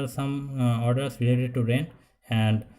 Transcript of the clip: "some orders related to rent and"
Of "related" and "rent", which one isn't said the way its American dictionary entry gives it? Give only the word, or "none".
rent